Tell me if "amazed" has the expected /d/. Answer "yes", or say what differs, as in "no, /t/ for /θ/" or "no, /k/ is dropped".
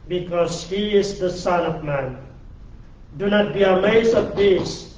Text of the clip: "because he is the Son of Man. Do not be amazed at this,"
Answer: no, /d/ is dropped